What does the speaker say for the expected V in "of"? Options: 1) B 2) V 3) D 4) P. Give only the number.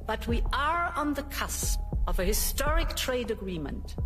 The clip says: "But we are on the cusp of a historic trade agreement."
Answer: 2